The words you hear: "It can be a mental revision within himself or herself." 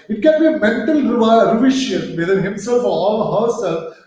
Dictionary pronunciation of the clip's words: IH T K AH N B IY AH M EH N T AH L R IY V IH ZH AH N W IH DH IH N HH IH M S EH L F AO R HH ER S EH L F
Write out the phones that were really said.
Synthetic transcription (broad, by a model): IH T K AH N B IY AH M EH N T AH L R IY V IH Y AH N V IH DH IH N HH IH M S EH L F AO L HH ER S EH L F